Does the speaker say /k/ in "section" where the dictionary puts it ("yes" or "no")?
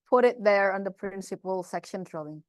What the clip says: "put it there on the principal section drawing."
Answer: yes